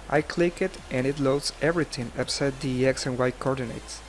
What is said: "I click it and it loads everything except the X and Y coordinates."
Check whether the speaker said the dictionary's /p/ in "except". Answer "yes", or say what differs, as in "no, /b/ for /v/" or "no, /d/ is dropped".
no, /p/ is dropped